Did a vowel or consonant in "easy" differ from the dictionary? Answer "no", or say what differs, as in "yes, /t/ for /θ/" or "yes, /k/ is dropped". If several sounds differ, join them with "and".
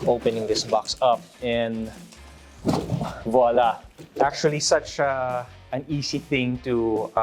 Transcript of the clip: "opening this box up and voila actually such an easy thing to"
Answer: yes, /s/ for /z/